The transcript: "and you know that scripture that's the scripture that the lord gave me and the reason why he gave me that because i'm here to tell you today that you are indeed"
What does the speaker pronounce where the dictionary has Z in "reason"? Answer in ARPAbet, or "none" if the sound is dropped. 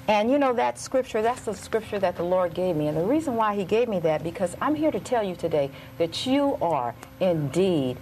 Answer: Z